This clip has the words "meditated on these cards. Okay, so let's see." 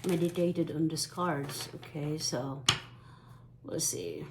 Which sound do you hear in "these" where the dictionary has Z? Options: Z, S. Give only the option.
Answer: S